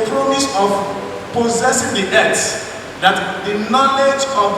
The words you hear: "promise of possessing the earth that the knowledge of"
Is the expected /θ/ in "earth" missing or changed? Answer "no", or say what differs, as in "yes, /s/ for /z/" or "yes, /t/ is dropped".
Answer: yes, /s/ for /θ/